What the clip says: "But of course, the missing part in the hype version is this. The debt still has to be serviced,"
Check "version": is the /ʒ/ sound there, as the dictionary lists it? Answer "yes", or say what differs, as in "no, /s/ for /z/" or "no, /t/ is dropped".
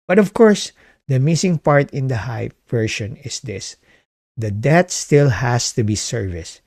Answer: no, /ʃ/ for /ʒ/